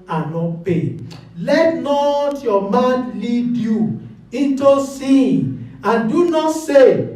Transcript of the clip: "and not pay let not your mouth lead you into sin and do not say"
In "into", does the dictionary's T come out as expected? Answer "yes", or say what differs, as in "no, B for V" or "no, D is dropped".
yes